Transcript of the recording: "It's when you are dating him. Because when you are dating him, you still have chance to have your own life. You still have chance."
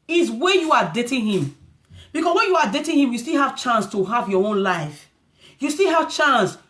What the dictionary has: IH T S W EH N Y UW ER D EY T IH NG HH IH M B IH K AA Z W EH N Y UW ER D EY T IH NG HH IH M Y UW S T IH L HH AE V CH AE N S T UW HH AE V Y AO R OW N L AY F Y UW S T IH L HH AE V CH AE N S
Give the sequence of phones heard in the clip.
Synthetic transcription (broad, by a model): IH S W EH Y UW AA D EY T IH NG HH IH M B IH K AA S W EH N Y UW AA D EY T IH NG HH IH M Y UW S T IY L HH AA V CH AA N S T UW HH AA V Y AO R OW N L AY F Y UW S T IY L HH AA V CH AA N S